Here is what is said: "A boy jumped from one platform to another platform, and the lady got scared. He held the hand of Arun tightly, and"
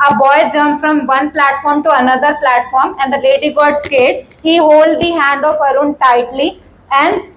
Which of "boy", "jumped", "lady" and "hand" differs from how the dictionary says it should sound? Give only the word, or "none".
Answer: jumped